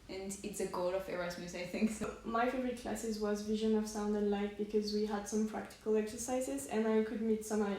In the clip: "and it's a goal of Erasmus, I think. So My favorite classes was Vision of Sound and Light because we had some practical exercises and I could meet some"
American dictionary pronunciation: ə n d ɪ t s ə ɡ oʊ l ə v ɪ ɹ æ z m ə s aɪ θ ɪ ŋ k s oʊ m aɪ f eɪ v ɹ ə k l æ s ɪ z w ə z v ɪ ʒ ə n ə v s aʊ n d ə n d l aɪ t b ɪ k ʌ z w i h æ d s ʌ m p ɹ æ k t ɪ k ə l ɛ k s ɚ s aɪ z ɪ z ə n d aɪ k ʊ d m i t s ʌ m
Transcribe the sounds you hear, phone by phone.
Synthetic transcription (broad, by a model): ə n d ɪ t s ə ɡ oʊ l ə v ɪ ɹ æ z m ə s aɪ θ ɪ ŋ k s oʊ m aɪ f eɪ ɹ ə k l æ s ɪ z w ə z v ɪ ʒ ə n ə v s aʊ n d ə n l aɪ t b ɪ k ʌ z w i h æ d s ʌ m p ɹ æ k t ɪ k ə l ɛ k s ɚ s aɪ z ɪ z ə n aɪ k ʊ d m i t s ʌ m